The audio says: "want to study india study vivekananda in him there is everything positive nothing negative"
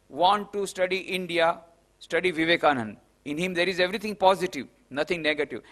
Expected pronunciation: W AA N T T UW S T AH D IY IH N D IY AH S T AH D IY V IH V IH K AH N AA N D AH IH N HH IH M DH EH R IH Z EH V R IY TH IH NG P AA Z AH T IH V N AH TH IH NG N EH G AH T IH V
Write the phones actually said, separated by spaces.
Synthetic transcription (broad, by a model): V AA N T T UW S T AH D IY IH N D IY AH S T AH D IY V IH V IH K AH N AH N IH N HH IH M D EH R IH Z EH V R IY T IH NG P AA Z AH T IH V N AH T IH NG N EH G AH T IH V